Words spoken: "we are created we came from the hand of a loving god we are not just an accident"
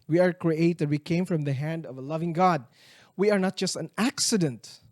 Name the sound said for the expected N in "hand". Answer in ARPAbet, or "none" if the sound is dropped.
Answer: N